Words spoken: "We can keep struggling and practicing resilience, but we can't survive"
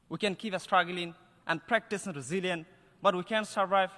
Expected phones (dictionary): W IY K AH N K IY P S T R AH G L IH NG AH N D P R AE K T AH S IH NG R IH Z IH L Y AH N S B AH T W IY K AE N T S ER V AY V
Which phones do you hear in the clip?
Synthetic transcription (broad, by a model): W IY K AH N K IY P S T R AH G L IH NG AH N D P R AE K T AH S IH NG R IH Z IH L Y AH N B AH T W IY K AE N S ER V AY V